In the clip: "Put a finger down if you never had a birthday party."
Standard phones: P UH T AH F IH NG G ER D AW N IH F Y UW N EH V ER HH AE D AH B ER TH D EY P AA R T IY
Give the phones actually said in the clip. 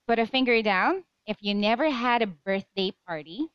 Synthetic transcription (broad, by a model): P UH T AH F IH NG G ER D AW N IH F Y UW N EH V ER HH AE D AH B ER TH D EY P AA R T IY